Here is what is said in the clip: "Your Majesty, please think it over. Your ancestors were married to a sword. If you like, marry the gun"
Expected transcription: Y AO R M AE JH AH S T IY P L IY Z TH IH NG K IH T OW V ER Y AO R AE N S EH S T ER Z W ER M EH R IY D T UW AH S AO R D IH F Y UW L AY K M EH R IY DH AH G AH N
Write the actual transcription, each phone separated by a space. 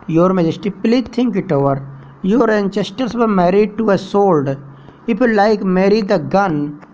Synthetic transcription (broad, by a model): Y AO R M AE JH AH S T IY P L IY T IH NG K IH T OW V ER Y AO R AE N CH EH S T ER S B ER M EH R IY D T UW AH S AO L D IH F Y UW L AY K M EH R IY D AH G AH N